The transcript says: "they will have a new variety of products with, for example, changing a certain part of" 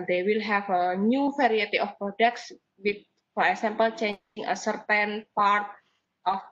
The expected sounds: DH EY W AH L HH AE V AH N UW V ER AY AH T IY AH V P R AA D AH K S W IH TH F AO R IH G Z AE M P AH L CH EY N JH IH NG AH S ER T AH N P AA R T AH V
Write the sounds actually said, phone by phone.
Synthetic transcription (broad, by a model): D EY W AH L HH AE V AH N UW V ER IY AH T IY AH F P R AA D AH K S W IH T F AO R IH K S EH M P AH L CH EY JH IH NG AH S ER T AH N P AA R T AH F